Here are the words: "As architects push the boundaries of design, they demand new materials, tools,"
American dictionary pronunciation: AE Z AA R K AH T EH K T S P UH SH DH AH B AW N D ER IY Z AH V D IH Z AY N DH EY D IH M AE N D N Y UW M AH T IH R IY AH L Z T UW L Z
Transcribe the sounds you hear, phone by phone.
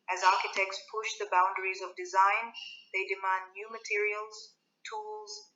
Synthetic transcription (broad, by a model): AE Z AA R K AH T EH K T S P UH SH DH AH B AW N D ER IY Z AH V D IH Z AY N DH EY D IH M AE N D N Y UW M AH T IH R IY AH L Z T UW L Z